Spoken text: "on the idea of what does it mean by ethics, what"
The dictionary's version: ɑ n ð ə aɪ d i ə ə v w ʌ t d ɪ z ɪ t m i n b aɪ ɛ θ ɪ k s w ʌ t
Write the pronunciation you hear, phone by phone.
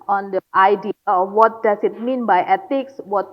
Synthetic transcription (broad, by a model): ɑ n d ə aɪ d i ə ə w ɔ t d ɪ s ɪ t m i n b aɪ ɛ t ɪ k s w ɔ t